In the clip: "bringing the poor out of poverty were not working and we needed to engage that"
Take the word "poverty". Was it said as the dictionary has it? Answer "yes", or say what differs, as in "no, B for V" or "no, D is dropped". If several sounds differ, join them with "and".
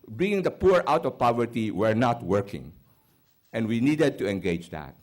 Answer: yes